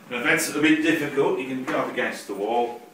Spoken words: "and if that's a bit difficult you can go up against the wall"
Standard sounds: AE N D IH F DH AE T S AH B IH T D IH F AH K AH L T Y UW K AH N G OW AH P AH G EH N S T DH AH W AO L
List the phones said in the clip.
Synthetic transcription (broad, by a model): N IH DH AE T S AH B IH T D IH F AH K AH L T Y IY K AH N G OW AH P AH G EH N S T DH AH W AO L